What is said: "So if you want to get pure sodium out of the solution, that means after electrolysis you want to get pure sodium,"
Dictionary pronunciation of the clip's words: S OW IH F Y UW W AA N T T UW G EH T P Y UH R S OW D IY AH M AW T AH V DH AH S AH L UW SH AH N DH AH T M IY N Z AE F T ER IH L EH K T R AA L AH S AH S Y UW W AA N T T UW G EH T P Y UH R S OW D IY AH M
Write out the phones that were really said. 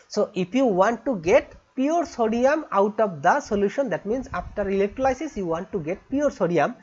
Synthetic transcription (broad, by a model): S OW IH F Y UW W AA N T T UW G EH T P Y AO R S OW D IY AH M AW T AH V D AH S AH L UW SH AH N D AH T M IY N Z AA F T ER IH L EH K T L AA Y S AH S Y UW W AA N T T UW G EH T P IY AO R S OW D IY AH M